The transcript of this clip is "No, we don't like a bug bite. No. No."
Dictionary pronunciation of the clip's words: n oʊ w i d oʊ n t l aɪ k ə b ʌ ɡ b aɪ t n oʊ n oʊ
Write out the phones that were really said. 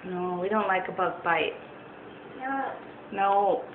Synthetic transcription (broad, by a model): n oʊ w i d oʊ n t l aɪ k ə b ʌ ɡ b aɪ t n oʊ n oʊ